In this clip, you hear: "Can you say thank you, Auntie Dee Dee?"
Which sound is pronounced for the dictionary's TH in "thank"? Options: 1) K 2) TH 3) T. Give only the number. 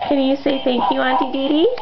3